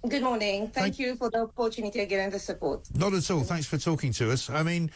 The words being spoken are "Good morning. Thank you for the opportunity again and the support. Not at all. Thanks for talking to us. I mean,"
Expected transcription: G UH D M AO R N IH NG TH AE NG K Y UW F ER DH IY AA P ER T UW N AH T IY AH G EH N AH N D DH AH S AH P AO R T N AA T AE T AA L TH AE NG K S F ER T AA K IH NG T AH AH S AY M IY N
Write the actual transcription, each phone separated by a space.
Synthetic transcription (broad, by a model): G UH D M AO R N IH NG TH AE NG K Y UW F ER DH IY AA P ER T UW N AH T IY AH G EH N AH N DH AH S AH P AO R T N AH T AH T AA L TH AE NG K S F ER T AA K IH NG T AH AH S AY M IY N